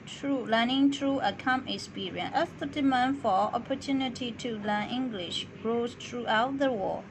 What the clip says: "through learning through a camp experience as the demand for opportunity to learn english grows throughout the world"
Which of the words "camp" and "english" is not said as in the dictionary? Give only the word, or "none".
camp